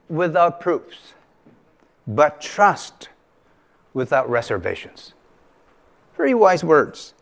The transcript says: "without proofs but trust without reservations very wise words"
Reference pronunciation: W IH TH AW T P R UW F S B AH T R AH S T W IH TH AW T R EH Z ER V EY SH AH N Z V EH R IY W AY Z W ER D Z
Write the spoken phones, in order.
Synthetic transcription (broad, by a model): W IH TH AW T P R UW F S B AH T R AH S T W IH TH AW T R EH Z ER V EY SH AH N Z V EH R IY W AY Z W ER D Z